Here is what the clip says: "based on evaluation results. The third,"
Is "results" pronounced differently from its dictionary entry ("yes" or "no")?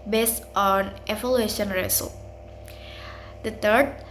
yes